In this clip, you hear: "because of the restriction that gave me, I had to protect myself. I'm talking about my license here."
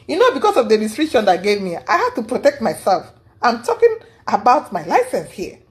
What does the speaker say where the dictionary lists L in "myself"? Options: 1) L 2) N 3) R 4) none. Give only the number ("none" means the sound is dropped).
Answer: 1